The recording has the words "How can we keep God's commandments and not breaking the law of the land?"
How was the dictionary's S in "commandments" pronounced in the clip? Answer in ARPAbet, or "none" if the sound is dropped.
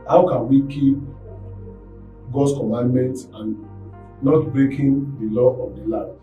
none